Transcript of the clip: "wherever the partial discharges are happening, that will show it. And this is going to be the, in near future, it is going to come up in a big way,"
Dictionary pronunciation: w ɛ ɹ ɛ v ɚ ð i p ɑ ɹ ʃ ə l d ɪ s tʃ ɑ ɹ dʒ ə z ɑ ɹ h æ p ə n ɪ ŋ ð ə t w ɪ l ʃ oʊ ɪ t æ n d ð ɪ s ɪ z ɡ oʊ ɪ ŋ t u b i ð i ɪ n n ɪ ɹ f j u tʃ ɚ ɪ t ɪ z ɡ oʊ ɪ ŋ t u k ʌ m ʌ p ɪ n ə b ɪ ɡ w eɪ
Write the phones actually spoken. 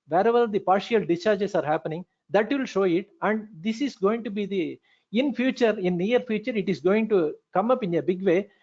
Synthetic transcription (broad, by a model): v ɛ ɹ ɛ v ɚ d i p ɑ ɹ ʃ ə l d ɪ tʃ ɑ ɹ dʒ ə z ɑ ɹ h æ p ə n ɪ ŋ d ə t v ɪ l ʃ oʊ ɪ t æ n d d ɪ s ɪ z ɡ oʊ ɪ ŋ t u b i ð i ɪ n n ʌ ɹ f j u tʃ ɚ ɪ t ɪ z ɡ oʊ ɪ ŋ t u k ʌ m ʌ p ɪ n ə b ɪ ɡ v eɪ